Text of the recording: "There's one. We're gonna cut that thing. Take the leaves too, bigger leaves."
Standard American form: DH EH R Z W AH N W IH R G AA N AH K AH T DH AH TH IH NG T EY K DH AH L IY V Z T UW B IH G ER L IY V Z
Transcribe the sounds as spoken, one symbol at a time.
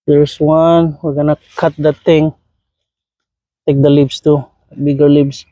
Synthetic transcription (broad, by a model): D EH R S W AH N W IH R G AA N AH K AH T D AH T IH NG T EY K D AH L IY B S T UW B IH G ER L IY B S